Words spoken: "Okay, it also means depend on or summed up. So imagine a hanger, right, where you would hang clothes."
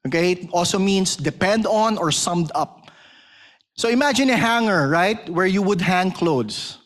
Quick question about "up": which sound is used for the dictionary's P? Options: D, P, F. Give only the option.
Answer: P